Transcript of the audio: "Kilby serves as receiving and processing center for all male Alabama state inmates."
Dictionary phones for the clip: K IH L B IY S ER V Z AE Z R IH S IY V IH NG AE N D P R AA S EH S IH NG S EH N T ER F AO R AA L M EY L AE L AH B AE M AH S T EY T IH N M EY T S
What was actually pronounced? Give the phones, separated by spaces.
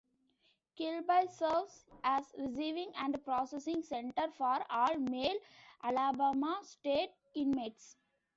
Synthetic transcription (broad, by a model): K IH L B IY S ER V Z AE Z R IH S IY V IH NG AE N D P R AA S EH S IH NG S EH N T ER F AO R AA L M EY L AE L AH B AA M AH S T EY T IH N M EY T S